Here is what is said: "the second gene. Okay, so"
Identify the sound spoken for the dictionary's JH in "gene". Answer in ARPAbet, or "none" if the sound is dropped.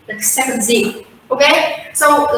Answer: Z